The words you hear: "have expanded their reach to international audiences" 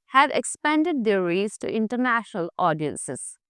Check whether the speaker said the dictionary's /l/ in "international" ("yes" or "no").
yes